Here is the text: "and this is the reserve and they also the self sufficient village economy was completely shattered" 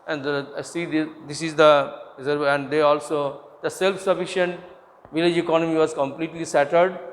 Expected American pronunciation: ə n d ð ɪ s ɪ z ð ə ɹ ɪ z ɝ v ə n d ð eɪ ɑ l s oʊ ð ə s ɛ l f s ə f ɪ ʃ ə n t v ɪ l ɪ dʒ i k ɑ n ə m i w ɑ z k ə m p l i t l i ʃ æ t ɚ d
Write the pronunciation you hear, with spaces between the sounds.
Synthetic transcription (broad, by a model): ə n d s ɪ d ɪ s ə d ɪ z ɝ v ə n d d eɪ ɑ l s oʊ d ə s ɛ l f s ə f ɪ ʃ ə n t v ɪ l ɪ dʒ i k ɑ n ə m i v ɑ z k ə m p l i t l i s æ t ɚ d